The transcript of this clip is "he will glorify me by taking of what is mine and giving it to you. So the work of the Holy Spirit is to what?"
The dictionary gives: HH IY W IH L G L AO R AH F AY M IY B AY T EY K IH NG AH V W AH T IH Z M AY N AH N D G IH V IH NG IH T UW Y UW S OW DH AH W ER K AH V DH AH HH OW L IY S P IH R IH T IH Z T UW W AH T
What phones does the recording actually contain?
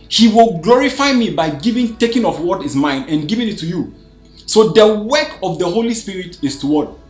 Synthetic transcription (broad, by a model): HH IY W IH L G L AO R AH F AY M IY B AY T EY K IH NG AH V W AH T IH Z M AY N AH N G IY V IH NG IH T UW Y UW S OW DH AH W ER K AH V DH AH HH OW L IY S P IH R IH T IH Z T UW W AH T